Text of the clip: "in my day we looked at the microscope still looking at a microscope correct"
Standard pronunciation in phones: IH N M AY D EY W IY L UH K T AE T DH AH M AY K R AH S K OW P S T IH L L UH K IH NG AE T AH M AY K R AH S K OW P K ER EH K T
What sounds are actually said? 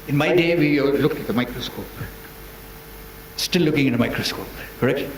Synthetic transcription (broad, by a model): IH N M AY D EY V IY L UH K AE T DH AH M AY K R AH S K OW P S T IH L L UH K IH NG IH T AH M AY K R AH S K OW P K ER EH K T